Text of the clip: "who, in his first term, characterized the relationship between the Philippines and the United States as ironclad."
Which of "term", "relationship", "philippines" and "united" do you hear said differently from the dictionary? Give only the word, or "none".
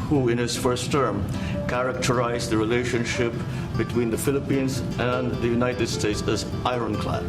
none